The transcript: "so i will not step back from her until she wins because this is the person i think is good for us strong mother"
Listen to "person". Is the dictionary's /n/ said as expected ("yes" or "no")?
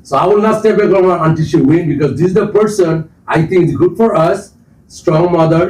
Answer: yes